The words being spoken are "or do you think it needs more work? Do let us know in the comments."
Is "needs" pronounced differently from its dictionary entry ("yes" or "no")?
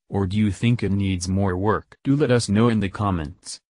no